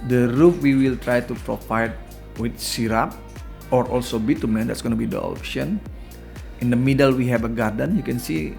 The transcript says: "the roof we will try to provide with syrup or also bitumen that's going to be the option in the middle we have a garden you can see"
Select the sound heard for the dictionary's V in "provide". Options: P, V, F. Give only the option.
F